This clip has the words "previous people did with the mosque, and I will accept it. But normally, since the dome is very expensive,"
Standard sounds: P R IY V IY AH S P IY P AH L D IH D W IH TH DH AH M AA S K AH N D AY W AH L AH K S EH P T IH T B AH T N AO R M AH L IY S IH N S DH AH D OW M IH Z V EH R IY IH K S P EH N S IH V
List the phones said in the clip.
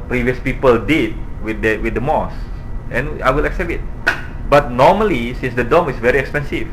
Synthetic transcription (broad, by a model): P R IY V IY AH S P IY P AH L D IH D W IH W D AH M AA S AH N AY W AH L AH K S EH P IH T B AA T N AO M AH L IY S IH N S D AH D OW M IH S V EH R IY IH K S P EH N S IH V